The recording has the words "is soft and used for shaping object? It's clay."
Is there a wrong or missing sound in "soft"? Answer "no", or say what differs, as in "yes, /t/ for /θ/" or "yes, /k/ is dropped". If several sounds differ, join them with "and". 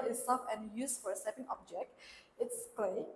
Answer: yes, /t/ is dropped